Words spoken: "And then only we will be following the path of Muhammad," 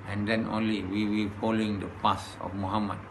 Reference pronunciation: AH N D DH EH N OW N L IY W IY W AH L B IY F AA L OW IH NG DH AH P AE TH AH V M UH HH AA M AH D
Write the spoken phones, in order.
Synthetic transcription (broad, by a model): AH N D EH N OW N L IY W IY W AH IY F AA L OW IH NG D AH P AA S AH F M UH HH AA M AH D